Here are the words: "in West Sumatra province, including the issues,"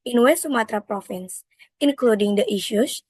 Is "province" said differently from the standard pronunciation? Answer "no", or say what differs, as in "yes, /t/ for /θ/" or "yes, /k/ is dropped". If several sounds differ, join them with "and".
yes, /f/ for /v/